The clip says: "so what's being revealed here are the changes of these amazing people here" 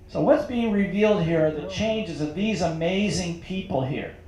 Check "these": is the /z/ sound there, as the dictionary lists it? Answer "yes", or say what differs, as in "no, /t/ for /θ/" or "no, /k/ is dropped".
yes